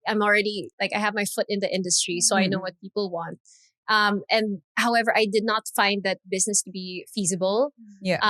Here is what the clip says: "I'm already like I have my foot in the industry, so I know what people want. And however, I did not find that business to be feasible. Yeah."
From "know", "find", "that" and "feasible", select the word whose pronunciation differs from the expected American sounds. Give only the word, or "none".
none